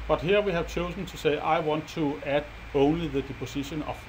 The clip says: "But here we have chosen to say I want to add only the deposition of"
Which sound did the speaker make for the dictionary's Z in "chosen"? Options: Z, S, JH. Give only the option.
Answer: S